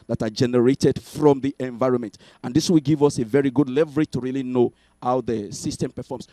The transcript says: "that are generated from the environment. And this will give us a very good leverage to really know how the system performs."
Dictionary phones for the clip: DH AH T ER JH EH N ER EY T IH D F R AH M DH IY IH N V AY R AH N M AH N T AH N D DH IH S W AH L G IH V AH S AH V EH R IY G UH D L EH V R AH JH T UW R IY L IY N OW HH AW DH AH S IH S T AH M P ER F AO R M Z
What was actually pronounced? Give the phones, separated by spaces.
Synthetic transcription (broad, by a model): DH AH T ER JH EH N ER EY T IH D F R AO M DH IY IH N V AY R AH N M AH N T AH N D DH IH S W AH L G IH V AH S AH V EH R IY G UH D L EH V R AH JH T UW R IY L IY N OW HH AW DH AH S IH S T AH M P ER F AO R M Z